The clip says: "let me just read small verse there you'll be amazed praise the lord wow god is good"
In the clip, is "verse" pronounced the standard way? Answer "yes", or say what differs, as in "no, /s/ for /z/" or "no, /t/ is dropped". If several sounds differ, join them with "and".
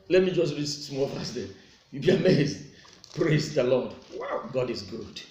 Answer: no, /f/ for /v/